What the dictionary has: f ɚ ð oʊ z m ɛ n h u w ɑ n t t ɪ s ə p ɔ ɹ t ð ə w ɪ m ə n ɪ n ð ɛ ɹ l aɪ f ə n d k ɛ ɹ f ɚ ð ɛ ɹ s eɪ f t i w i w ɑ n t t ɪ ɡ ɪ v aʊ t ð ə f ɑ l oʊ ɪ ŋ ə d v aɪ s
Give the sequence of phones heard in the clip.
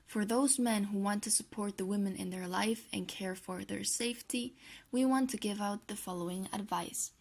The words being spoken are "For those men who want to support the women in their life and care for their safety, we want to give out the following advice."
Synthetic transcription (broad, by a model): f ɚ ð oʊ z m ɛ n h u w ɑ n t t ɪ s ə p ɔ ɹ t ð ə w ɪ m ə n ɪ n ð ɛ ɹ l aɪ f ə n k ɛ ɹ f ɚ ð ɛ ɹ s eɪ f t i w i w ɑ n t t ɪ ɡ ɪ v aʊ t ð ə f ɑ l oʊ ɪ ŋ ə d v aɪ s